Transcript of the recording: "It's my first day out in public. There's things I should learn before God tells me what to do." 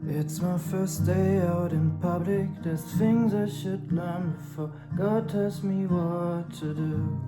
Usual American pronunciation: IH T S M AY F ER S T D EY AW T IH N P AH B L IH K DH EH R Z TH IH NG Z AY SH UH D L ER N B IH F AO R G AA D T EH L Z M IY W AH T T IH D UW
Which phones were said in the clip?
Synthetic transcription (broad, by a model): IH T S M AY F ER S D EY AW T IH N P AH B L IH K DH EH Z TH IH NG Z AY SH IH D L ER N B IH F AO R G AA D T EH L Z M IY W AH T T IH D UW